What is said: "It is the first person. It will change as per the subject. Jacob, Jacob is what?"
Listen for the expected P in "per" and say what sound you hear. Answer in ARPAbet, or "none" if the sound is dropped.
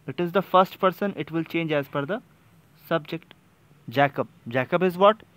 F